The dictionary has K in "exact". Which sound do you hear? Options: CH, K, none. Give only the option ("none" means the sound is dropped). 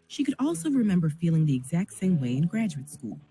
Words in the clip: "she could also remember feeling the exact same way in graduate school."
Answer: K